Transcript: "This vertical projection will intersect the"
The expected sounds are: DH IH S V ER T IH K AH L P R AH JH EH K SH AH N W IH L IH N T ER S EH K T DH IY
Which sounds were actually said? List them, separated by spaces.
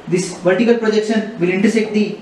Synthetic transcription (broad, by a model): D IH S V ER T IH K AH L P R AH JH EH K SH AH N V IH L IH N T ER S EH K T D IY